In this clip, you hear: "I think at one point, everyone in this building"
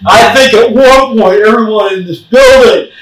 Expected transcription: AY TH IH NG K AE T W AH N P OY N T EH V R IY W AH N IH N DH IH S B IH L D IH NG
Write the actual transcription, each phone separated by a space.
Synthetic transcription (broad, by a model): AY TH IH NG K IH T W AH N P OY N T EH V R IY W AH N IH N DH IH S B IH L D IH NG